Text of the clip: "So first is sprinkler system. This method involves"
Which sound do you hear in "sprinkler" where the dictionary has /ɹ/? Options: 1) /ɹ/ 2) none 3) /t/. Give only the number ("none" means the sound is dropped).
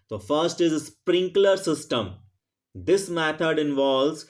1